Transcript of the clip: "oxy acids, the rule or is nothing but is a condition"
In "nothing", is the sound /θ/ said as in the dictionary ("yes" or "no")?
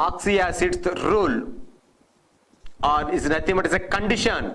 no